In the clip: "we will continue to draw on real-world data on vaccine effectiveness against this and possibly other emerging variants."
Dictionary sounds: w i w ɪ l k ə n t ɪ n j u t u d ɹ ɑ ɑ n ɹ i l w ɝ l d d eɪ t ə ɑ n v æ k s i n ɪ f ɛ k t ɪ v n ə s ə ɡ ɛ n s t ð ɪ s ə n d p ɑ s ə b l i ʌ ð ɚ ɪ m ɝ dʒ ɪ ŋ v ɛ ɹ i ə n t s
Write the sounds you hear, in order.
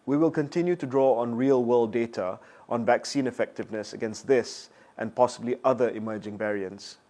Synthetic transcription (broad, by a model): w i w ɪ l k ə n t ɪ n j u t u d ɹ ɑ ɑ n ɹ i l w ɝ l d d eɪ t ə ɑ n v æ k s i n ɪ f ɛ k t ɪ v n ə s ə ɡ ɛ n s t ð ɪ s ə n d p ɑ s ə b l i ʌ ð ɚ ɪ m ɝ dʒ ɪ ŋ v ɛ ɹ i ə n t s